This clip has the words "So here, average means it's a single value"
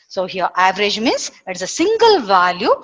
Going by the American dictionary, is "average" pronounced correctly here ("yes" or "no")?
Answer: yes